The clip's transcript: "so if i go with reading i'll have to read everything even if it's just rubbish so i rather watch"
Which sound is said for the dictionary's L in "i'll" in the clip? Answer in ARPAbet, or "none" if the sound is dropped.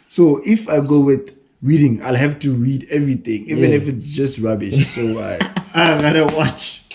L